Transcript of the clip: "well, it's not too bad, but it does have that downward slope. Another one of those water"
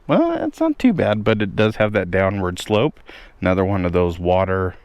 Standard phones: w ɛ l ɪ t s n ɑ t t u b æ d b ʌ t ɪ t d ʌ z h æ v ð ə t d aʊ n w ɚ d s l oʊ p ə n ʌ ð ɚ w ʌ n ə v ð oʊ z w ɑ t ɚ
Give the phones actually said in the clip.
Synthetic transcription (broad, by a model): w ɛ l ɪ t s n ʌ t t u b æ d b ʌ t ɪ t d ʌ z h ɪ v ð ə t d aʊ n w ɚ d s l oʊ p ə n ʌ ð ɚ w ʌ n ə v ð oʊ z w ɑ t ɚ